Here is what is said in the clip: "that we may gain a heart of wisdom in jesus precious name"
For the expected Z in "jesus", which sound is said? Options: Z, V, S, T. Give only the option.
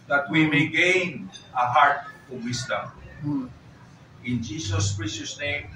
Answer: S